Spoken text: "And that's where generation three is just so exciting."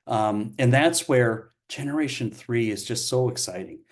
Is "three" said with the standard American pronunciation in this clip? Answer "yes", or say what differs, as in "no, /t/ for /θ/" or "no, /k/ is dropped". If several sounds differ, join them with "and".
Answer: yes